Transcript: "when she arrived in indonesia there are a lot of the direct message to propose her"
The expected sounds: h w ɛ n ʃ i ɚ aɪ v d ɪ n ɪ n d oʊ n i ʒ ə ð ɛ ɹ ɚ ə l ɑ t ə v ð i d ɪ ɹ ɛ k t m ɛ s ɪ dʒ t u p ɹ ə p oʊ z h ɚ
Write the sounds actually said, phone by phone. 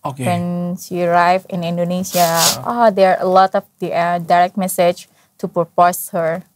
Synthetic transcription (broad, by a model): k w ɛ n s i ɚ aɪ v ɪ n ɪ n d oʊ n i s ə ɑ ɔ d ɚ ə l ɑ t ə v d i d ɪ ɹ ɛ k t m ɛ s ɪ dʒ t u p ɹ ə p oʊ s h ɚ